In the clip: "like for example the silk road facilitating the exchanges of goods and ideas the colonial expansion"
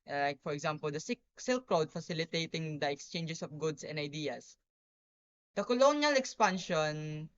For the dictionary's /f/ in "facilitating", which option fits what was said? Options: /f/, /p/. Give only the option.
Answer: /f/